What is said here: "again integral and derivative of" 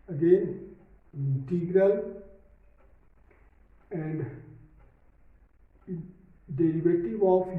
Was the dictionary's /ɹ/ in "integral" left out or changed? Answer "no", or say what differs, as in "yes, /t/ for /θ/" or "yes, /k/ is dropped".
no